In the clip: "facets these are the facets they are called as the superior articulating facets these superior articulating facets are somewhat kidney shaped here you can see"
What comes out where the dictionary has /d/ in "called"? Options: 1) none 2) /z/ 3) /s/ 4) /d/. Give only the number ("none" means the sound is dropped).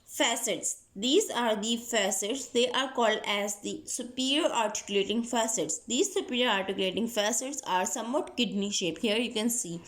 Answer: 4